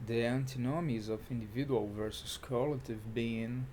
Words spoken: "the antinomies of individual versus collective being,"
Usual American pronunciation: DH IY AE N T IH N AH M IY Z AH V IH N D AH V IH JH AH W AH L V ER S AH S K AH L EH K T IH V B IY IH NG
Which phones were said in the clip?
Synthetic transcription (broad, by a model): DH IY AE N T IH N AH M IY Z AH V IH N D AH V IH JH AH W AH L V ER S AH S K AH L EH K T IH V B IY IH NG